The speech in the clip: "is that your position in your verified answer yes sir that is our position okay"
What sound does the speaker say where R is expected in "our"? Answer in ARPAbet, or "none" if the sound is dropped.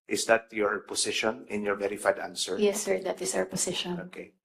W